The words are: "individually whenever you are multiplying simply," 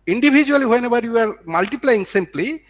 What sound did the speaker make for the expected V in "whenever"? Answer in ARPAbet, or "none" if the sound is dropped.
B